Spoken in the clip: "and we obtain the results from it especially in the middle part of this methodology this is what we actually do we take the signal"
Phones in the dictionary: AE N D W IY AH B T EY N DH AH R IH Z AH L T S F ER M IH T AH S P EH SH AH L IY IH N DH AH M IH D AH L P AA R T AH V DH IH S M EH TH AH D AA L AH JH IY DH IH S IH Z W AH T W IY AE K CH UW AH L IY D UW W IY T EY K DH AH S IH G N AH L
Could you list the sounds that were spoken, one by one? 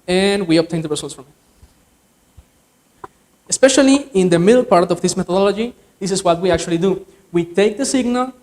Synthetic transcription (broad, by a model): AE N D W IY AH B T EY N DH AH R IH S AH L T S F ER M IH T AH S P EH SH AH L IY IH N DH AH M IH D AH L P AA R T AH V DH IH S M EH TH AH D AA L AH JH IY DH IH S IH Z W AH T W IY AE K CH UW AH L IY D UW W IY T EY K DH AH S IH G N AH L